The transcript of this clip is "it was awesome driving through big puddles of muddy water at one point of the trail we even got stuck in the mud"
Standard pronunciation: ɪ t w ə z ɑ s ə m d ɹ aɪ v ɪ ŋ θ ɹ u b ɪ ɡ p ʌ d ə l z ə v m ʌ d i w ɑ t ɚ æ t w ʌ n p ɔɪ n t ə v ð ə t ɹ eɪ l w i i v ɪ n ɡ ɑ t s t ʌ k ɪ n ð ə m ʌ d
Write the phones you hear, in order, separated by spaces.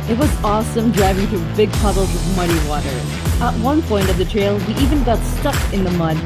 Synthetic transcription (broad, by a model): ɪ t w ə z ɑ s ə m d ɹ aɪ v ɪ ŋ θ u b ɪ ɡ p ʌ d l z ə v m ʌ d i w ɑ t ɚ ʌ t w ʌ n p ɔɪ n t ə v ð ə t ɹ eɪ l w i i v ɪ n ɡ ɑ t s t ʌ k ɪ n ð ə m ʌ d